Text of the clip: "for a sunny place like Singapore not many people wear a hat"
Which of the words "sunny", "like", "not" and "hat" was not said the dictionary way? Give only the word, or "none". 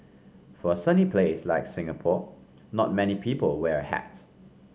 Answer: none